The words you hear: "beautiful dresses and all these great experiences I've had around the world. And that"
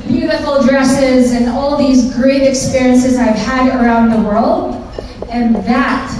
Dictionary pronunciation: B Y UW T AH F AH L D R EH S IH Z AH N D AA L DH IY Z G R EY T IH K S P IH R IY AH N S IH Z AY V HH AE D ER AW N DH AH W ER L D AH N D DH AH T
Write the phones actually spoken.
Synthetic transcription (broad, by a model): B Y UW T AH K L D R EH S IH Z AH N AA L DH IY Z G R EY T IH K S P IH R IY AH N S IH Z AY V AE D ER AW N DH AH W ER L D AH N DH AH T